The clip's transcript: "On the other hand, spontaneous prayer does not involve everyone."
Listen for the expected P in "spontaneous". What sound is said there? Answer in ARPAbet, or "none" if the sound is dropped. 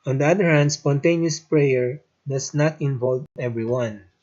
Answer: P